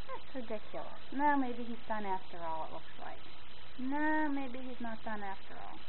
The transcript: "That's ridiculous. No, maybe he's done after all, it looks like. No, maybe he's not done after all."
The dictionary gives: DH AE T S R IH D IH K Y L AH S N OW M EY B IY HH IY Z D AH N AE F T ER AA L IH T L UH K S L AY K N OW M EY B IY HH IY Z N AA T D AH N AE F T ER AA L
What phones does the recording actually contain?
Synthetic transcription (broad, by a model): DH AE T S R IH D IH K Y L AH S N OW M EY B IY HH IY Z D AH N AE F T ER AA L IH T L UH K S L AY K N OW M EY B IY HH IY Z N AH T D AH N AE F T ER AA L